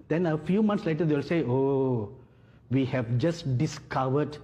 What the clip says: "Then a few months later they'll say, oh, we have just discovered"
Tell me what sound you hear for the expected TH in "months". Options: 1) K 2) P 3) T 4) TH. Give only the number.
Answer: 3